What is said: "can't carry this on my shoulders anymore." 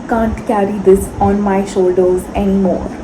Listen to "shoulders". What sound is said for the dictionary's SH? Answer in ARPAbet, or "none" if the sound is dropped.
SH